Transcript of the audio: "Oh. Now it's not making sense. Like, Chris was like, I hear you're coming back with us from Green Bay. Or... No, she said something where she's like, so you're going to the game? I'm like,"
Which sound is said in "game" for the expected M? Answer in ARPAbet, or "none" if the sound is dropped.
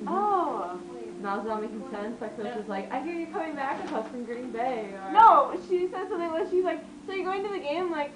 none